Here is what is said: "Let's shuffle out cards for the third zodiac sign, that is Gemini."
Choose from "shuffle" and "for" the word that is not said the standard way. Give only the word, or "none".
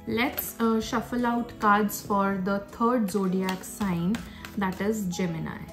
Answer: none